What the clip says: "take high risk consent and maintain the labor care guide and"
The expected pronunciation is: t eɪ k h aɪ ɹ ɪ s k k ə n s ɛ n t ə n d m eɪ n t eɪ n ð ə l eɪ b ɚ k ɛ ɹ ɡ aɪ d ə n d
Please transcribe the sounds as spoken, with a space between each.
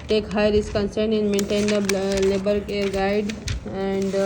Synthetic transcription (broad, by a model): t eɪ k h aɪ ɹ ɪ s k k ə n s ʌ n ə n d m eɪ n t eɪ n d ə l eɪ b ɚ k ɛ ɹ ɡ aɪ d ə n d